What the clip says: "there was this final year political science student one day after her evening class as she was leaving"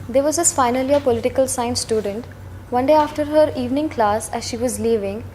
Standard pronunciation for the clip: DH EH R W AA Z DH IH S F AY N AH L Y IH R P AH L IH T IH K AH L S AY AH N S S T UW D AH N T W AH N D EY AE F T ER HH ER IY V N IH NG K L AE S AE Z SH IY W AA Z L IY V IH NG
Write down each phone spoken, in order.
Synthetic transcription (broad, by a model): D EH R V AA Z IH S F AY N AH L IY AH P AH L IH T IH K AH L S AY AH N S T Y UW D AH N T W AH N D EY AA F T ER HH ER IY V N IH NG K L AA S AE Z SH IY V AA Z L IY V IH NG